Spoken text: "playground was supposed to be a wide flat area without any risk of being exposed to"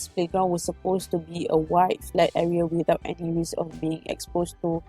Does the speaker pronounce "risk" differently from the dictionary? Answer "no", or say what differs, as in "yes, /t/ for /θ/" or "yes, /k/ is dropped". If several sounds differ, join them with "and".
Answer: yes, /k/ is dropped